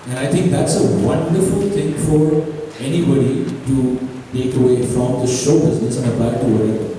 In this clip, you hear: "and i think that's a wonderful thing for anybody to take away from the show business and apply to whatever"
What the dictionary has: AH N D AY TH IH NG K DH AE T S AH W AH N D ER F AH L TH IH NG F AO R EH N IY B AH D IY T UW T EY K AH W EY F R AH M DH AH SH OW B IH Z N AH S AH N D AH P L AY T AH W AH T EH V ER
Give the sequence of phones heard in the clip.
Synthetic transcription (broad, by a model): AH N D AY T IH NG K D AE T S AH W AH N D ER F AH L T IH NG F AO R EH N IY B AH D IY T UW T EY K AH W EY F R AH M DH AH SH OW B IH Z N AH S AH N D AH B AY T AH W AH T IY